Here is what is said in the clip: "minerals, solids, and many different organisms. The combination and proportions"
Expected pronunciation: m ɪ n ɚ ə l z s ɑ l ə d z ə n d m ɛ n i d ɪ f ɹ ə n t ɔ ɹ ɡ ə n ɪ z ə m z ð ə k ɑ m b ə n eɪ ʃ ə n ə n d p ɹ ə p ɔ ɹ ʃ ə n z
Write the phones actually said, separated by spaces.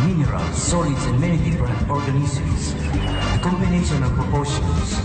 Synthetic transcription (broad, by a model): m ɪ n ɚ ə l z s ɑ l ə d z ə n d m ɛ n i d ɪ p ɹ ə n ɔ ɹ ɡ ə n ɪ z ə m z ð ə k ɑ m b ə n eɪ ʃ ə n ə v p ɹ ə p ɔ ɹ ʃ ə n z